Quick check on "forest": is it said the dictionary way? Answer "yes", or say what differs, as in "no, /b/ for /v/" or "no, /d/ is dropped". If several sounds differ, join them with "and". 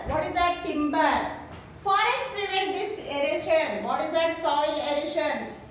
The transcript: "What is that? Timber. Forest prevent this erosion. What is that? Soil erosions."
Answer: no, /ɹ/ is dropped